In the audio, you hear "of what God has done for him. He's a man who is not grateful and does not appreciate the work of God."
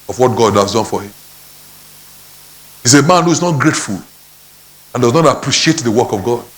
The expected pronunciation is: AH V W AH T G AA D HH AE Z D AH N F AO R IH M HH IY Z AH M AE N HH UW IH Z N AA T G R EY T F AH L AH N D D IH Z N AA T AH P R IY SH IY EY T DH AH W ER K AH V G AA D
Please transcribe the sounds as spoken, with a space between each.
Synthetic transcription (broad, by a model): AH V W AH T G AA D HH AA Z D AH N F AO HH IH M HH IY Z AH M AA N HH UW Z N AA T G R EY T F AH L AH N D D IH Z N AA T AH P R IY SH IY EY T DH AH W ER K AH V G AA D